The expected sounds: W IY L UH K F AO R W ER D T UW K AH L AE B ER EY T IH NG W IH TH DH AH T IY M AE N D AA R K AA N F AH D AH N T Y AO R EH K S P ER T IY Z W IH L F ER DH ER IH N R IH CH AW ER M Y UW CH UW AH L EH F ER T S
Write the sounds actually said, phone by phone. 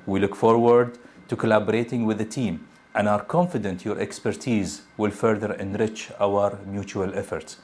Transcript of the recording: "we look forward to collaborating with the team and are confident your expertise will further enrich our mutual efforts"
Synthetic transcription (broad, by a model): W IY L UH K F AO R W ER D T UW K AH L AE B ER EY T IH NG W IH DH AH T IY M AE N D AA R K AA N F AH D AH N T Y AO R EH K S P ER T IY Z W IH L F ER DH ER IH N R IH CH AW ER M Y UW CH UW AH L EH F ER T S